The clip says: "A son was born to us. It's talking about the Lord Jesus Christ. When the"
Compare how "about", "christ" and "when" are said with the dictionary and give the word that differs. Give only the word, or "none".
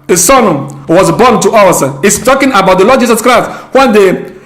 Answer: none